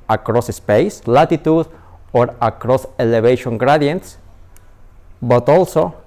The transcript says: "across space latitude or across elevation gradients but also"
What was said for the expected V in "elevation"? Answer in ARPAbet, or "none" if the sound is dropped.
B